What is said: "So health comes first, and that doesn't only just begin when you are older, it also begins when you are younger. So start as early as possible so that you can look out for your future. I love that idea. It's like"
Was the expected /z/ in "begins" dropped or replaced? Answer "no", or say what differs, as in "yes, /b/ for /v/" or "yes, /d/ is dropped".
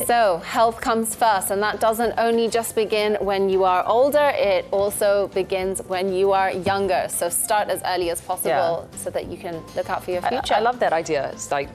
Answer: no